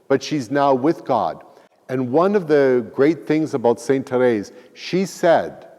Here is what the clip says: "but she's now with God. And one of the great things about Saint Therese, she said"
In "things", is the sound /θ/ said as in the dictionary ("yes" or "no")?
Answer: yes